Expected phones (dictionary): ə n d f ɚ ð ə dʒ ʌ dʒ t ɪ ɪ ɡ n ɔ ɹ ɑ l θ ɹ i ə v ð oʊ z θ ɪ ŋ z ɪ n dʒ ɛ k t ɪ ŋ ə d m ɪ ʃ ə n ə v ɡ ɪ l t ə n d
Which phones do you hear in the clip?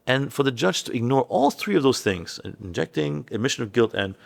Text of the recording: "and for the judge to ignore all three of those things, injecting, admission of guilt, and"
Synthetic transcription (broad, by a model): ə n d f ɚ ð ə dʒ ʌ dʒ t ɪ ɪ ɡ n ɔ ɹ ɑ l θ ɹ i ə v ð oʊ z θ ɪ ŋ z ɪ n dʒ ɛ k t ɪ ŋ ə d m ɪ ʃ ə n ə v ɡ ɪ l t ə n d